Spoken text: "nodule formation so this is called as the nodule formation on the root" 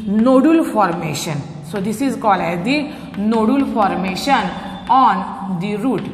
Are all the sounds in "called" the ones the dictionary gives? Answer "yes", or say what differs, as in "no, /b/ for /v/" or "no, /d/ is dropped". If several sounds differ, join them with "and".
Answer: no, /d/ is dropped